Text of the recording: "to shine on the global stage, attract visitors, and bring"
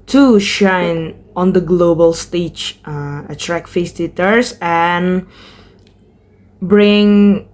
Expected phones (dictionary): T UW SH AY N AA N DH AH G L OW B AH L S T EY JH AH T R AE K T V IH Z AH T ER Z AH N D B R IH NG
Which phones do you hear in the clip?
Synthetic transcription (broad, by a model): T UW SH AY N AA N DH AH G L OW B AH L S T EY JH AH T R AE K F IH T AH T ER S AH N B R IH NG